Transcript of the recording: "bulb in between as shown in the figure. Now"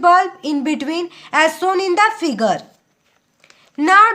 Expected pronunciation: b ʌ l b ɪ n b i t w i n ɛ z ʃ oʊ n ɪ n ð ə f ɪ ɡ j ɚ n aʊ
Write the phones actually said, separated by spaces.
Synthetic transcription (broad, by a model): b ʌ l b ɪ n b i t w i n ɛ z s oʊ n ɪ n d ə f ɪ ɡ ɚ n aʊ